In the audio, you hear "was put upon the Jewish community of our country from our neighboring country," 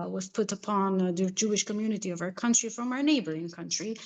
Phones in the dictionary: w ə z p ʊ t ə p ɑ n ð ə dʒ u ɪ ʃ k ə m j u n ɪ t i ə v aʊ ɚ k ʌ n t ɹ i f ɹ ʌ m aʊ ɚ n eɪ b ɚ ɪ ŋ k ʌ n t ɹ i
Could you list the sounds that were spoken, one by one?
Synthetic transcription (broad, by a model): w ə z p ʊ t ə p ɑ n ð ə dʒ u ɪ ʃ k ə m j u n ɪ t i ə v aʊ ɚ k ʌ n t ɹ i f ɹ ʌ m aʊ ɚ n eɪ b ɚ ɪ ŋ k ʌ n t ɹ i